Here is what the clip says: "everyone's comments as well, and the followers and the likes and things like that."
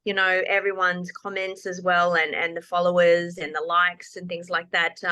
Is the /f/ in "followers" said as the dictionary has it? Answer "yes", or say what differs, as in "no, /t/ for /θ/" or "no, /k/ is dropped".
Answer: yes